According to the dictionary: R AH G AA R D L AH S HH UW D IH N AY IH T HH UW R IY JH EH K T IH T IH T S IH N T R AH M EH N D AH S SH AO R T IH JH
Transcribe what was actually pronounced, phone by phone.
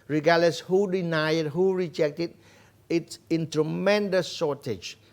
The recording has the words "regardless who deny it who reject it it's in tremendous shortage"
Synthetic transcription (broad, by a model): R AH G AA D L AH S HH UW D IH N AY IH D HH UW R IY JH EH K T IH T IH T S IH N T R AH M EH N D AH S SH AO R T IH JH